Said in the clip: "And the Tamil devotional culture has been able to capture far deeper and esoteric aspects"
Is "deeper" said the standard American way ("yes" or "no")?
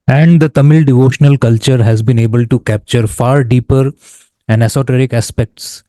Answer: yes